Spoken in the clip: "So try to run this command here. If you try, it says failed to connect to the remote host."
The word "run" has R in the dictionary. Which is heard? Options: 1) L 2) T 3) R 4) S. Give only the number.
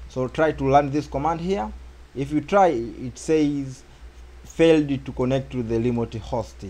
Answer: 1